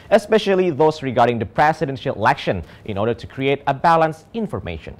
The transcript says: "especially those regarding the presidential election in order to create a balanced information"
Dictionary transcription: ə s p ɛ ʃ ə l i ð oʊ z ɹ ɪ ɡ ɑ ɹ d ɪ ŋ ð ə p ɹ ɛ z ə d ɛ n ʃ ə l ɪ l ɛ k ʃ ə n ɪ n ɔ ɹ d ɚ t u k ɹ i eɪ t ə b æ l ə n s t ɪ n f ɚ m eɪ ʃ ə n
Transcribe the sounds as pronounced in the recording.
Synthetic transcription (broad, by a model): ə s p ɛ ʃ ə l i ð oʊ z ɹ ɪ ɡ ɑ ɹ d ɪ ŋ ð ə p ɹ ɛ s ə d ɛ n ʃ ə l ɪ l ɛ k ʃ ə n ɪ n ɔ ɹ d ɚ t u k ɹ i eɪ t ə b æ l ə n s ɪ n f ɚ m eɪ ʃ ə n